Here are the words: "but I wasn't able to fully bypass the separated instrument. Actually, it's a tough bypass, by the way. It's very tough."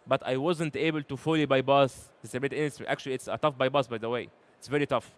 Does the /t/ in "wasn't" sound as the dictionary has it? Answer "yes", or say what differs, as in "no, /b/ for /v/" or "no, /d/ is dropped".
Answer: yes